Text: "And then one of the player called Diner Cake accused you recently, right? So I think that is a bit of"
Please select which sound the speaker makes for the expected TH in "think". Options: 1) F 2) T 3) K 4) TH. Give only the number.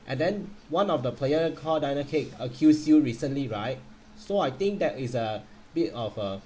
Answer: 2